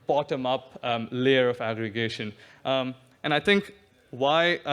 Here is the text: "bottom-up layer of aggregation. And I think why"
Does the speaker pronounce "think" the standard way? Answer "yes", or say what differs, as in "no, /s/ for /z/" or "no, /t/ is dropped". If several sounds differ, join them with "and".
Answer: no, /t/ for /θ/